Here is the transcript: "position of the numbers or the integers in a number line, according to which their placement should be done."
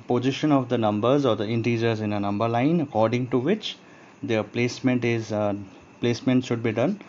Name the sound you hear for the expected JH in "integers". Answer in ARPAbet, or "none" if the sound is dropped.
JH